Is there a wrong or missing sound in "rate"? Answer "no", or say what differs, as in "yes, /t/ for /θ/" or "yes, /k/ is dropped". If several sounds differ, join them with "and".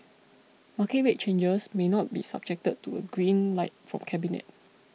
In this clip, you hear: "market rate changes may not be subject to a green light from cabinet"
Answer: yes, /w/ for /ɹ/